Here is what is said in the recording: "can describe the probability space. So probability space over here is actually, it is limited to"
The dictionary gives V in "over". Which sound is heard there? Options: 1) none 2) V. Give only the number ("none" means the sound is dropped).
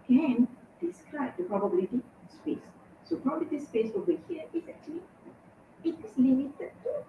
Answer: 1